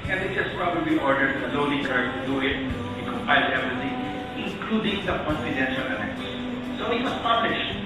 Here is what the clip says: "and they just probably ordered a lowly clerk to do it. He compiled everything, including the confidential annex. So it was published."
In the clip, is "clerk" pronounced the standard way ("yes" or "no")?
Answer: no